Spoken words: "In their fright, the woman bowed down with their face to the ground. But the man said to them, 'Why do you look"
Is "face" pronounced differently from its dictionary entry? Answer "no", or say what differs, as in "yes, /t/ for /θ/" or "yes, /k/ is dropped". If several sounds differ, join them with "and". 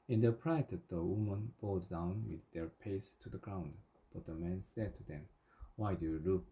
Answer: yes, /p/ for /f/